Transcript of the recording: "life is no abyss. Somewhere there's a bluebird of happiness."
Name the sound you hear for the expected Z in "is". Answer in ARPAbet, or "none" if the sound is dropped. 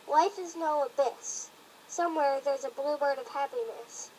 Z